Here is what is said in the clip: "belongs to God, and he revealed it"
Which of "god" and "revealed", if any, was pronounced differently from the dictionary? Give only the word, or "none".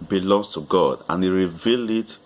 none